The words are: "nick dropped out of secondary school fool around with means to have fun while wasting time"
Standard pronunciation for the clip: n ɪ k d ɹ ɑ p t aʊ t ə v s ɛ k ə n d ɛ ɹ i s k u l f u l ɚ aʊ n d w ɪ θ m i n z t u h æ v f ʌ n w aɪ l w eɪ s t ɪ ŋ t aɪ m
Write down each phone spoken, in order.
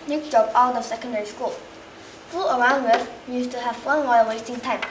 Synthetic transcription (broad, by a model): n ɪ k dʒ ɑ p aʊ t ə s ɛ k ə n d ɛ ɹ i s k u l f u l ɚ aʊ n d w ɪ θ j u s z t u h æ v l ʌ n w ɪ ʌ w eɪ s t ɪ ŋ t aɪ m